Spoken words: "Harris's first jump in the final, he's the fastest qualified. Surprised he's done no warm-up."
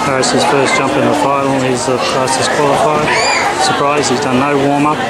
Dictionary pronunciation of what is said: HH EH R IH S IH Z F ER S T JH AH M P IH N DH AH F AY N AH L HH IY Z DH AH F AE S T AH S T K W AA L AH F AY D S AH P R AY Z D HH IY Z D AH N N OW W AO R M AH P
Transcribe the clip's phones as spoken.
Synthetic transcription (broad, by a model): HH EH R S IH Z F ER S JH AH M P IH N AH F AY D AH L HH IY Z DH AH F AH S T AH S K W AA L AH F AY D S AH P R AY Z D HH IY Z D AH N N OW W AO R M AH